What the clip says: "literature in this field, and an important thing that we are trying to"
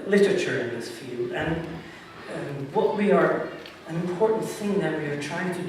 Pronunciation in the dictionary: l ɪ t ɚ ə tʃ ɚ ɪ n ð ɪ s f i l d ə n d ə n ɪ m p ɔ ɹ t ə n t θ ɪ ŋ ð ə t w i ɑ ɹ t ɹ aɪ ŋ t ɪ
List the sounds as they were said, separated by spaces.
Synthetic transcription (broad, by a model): l ɪ t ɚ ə tʃ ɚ ɪ n ð ɪ s f i l d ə n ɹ ə n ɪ m p ɔ ɹ t n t θ ɪ ŋ ð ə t w i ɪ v t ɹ aɪ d t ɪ